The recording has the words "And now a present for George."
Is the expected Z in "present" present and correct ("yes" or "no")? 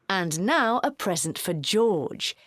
yes